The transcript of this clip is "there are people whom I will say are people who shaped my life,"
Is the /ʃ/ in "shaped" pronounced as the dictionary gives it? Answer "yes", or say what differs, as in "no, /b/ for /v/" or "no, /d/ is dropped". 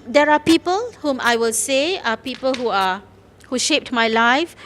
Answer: yes